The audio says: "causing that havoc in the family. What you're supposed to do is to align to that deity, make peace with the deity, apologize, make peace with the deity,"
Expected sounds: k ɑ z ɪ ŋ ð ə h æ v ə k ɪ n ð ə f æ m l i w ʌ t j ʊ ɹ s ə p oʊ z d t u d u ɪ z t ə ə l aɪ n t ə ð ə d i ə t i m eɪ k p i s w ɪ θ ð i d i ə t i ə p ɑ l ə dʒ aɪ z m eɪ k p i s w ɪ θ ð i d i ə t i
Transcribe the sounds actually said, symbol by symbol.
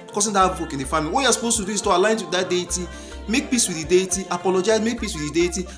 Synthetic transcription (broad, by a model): k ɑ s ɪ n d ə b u p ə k ɪ n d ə f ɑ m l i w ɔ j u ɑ s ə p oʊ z t u d u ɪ s t ə ə l aɪ n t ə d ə d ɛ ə t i m eɪ k p i s w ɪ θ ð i d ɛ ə t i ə p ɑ l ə dʒ aɪ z m eɪ k p i s w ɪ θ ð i d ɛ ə t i